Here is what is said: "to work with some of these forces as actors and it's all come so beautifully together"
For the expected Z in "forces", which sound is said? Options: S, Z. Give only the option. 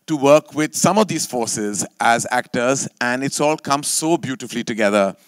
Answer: Z